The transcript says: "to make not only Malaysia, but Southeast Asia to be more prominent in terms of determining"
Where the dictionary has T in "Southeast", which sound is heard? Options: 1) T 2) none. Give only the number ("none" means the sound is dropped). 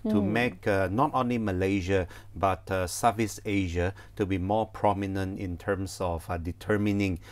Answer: 2